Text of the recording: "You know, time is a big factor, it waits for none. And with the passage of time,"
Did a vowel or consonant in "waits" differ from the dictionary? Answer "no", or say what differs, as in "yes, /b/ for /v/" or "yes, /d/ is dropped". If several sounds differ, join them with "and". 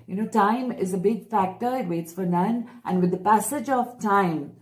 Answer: no